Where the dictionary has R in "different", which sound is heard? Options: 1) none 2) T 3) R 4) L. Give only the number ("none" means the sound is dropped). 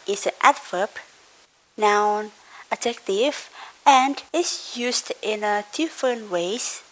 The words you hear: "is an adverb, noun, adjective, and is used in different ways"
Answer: 1